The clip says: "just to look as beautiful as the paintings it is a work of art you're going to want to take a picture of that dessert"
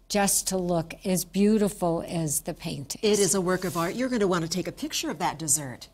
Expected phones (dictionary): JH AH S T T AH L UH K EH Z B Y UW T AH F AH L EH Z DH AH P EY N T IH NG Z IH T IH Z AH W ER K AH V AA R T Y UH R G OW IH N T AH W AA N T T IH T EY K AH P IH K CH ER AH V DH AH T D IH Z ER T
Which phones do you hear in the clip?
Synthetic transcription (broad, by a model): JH AH S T T AH L UH K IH Z B Y UW T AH F L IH Z DH AH P EY N T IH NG IH T IH Z AH W ER K AH V AA R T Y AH R G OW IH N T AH W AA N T T IH T EY K AH P IH K CH ER AH V DH AH T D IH Z ER T